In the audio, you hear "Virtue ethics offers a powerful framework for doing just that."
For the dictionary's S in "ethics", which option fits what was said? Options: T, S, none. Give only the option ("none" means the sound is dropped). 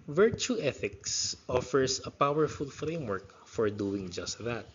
S